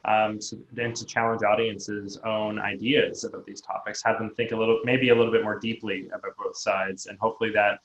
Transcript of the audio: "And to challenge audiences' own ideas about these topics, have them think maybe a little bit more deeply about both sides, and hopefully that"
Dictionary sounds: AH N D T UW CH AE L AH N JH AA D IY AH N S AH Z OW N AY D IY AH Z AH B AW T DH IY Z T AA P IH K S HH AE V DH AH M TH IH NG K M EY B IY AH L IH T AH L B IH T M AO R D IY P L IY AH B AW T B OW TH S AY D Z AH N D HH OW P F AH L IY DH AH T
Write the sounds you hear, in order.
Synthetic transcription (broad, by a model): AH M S T UW CH AE L AH N JH AA D IY AH N S AH Z OW N AY D IY AH Z AH B AW T DH IY Z T AA P IH K S HH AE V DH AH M TH IH NG K M EY B IY AH L IH T L B IH T M AO R D IY P L IY AH B AW T B OW TH S AY D Z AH N HH OW P F L IY DH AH T